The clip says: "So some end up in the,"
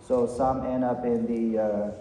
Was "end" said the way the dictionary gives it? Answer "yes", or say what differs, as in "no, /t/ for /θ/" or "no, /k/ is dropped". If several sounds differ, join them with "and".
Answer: no, /d/ is dropped